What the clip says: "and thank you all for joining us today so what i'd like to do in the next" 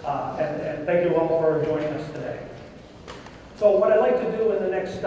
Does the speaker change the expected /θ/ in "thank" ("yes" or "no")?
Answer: no